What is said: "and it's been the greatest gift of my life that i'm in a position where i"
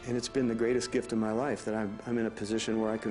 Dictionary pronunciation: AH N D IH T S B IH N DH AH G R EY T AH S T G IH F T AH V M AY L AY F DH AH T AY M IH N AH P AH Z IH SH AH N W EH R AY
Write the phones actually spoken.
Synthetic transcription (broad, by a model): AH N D IH T S B IH N DH AH G R EY T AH S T G IH F T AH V M AY L AY F DH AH T AY M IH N AH P AH Z IH SH AH N W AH R AY